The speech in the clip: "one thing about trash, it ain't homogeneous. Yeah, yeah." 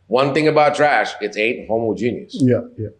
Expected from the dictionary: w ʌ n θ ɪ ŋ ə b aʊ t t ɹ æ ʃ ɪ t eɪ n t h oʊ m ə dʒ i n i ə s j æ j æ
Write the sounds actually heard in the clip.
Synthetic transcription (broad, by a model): w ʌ n θ ɪ ŋ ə b aʊ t t ɹ æ ʃ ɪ t eɪ t h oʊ m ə dʒ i n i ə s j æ j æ